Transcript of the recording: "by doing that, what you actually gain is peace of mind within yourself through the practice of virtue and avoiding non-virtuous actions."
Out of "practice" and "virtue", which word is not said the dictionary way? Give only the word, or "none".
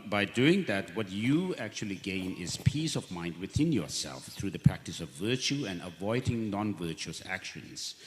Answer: none